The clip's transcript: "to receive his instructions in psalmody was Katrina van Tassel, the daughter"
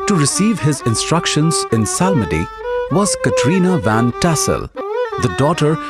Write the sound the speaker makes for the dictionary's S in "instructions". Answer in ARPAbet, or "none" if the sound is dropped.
S